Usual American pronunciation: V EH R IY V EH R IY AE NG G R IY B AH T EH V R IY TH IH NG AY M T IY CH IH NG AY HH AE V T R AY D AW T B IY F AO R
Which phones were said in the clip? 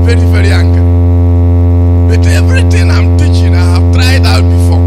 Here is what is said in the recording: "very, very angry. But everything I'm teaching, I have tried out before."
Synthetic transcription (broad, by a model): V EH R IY V EH R IY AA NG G IY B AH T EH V R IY T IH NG AY M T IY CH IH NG AY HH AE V T R AY D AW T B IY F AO